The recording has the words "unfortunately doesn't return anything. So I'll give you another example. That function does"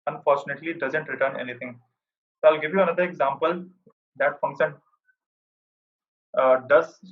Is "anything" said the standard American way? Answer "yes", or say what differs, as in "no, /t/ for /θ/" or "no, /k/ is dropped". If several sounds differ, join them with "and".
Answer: no, /t/ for /θ/